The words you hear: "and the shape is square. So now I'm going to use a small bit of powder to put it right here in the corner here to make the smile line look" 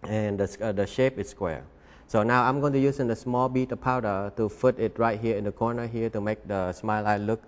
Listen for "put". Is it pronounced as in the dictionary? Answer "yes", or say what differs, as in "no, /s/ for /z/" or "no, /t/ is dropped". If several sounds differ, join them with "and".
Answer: no, /f/ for /p/